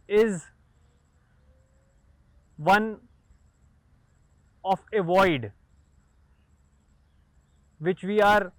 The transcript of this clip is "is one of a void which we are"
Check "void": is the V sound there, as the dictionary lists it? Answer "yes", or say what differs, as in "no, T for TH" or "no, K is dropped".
yes